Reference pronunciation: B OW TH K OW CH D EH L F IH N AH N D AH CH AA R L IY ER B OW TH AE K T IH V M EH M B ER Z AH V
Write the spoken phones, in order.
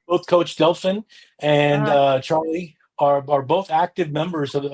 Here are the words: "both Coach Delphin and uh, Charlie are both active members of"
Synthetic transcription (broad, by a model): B OW TH K OW CH D EH L F IH N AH N AH CH AA R L IY ER B OW TH AE K T IH V M EH M B ER Z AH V